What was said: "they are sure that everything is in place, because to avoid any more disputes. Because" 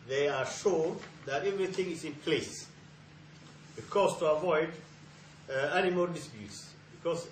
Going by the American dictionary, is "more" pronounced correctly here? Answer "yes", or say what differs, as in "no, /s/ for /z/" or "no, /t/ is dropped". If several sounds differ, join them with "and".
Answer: no, /l/ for /ɹ/